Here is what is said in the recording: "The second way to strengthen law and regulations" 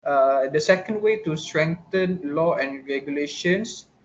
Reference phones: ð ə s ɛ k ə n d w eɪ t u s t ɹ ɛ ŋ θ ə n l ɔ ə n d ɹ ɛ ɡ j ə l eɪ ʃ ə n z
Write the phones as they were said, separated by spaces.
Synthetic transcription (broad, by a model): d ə s ɛ k ə n d w eɪ t u s t ɹ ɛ ŋ t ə n l ɔ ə n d ɹ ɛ ɡ j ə l eɪ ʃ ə n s